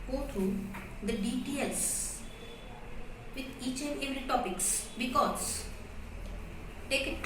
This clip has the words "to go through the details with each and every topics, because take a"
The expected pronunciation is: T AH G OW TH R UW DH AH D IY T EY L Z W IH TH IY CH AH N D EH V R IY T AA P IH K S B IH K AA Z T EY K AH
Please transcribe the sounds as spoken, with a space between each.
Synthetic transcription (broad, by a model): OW T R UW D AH D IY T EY L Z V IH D IY CH AH N D EH V R IY T AA P IH K S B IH K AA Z T EY K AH